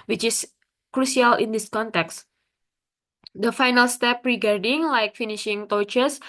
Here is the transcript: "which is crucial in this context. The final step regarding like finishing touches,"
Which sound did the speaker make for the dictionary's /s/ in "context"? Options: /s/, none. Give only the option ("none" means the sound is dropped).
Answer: /s/